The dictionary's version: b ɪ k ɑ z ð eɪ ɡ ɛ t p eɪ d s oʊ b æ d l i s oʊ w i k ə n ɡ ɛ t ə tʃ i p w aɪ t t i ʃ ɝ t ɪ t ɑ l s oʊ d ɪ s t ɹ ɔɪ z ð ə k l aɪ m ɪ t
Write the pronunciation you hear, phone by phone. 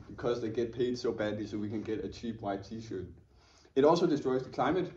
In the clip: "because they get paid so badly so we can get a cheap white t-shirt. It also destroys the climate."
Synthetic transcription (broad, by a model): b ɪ k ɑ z ð eɪ ɡ ɛ t p eɪ d s oʊ b æ d l i s oʊ w i k ə n ɡ ɛ t ə tʃ i p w aɪ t t i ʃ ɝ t ɪ t ɑ l s oʊ d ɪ s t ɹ ɔɪ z ð ə k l aɪ m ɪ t